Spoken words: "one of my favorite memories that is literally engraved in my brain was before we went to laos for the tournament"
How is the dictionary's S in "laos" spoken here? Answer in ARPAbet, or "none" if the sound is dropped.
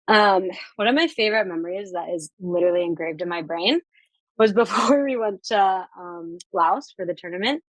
S